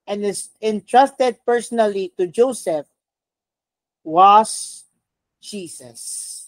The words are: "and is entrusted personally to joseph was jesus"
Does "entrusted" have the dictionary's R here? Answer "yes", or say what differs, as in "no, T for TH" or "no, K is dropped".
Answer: yes